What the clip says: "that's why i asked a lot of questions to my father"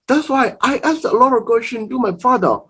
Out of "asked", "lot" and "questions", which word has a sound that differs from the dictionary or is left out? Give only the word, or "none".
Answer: questions